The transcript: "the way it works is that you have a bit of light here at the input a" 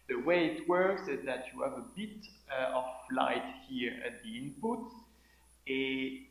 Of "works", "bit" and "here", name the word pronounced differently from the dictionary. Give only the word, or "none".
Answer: none